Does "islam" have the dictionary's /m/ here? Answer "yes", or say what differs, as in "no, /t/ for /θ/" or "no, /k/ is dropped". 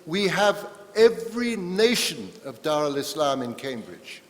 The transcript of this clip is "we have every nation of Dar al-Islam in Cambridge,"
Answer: yes